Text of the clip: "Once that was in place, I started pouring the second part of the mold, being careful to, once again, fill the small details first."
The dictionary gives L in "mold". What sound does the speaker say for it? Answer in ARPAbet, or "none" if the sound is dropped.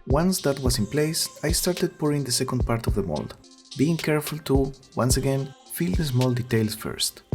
L